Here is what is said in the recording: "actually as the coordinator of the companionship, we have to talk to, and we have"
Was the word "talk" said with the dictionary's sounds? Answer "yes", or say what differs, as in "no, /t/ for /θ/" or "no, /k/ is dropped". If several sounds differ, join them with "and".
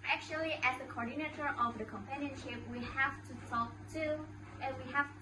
no, /s/ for /t/